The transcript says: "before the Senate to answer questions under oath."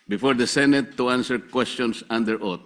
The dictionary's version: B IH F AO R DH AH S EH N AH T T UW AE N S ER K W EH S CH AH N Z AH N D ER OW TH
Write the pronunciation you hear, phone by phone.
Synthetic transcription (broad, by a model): B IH F AO R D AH S EH N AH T T UW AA N S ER K W EH S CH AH N S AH N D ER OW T